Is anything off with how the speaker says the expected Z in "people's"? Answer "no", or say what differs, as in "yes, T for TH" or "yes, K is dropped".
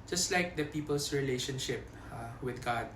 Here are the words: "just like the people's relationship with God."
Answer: yes, S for Z